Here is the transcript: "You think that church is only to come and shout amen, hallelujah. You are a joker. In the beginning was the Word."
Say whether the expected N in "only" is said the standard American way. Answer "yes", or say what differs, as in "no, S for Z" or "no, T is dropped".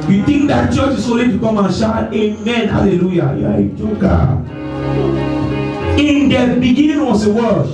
no, N is dropped